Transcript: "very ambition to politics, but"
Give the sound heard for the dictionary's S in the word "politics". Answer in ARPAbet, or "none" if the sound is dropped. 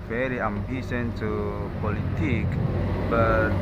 none